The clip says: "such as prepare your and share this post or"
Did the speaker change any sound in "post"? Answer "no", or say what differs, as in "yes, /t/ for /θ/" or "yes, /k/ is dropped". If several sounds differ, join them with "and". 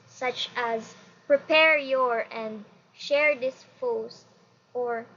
yes, /f/ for /p/